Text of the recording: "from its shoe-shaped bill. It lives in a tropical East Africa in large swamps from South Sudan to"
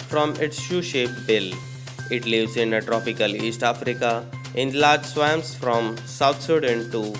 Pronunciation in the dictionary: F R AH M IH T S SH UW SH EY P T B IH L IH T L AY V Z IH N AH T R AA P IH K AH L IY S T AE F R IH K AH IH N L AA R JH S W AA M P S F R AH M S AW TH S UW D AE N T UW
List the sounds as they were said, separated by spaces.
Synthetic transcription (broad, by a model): F R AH M IH T S SH UW SH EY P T B IH L IH T L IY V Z IH N AH T R AA P IH K AH L IY S T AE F R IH K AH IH N L AA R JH S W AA M S F R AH M S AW T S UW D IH N T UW